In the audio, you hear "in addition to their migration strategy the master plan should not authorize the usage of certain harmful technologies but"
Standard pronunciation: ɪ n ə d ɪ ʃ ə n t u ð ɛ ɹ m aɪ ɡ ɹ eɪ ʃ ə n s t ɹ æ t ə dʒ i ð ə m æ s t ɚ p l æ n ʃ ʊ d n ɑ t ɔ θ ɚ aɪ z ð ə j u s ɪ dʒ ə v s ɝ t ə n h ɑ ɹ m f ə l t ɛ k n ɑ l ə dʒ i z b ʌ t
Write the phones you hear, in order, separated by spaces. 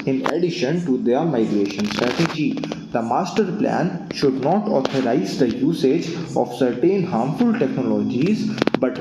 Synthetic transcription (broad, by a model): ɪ n ə d ɪ ʃ ə n t u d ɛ ɹ m aɪ ɡ ɹ eɪ ʃ ə n s t ɹ æ t ə dʒ i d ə m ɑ s t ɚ p l æ n ʃ ʊ d n ɑ t ɔ t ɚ aɪ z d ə j u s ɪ dʒ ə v s ɝ t ə n h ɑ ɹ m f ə l t ɛ k n ɑ l ə dʒ i z b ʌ t